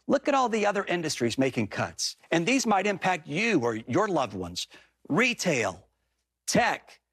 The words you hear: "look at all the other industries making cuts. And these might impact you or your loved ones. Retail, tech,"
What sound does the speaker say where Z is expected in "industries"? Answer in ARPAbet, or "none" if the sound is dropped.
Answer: Z